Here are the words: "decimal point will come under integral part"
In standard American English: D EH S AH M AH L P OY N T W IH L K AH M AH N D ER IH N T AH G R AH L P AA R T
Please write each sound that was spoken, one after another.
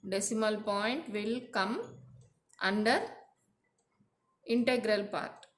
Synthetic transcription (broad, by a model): D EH S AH M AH L P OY N T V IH L K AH M AH N D ER IH N T AH G R AH L P AA R T